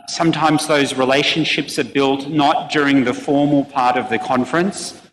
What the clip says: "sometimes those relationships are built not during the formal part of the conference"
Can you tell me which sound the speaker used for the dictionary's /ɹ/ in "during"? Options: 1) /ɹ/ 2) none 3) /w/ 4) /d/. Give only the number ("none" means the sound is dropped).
1